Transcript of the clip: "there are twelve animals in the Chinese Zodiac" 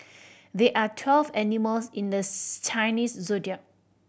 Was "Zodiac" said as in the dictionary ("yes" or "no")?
no